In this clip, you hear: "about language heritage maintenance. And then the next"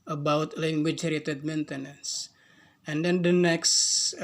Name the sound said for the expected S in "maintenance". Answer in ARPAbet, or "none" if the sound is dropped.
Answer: S